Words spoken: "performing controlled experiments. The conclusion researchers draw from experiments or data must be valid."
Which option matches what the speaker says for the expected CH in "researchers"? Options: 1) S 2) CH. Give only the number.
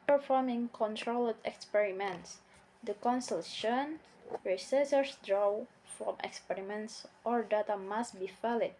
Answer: 1